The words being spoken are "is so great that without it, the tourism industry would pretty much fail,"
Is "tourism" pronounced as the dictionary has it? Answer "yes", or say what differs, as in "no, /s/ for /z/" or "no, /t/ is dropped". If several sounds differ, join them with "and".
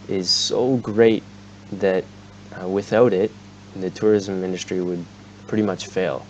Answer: yes